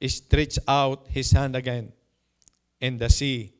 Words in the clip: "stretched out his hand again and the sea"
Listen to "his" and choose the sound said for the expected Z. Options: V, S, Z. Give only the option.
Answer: S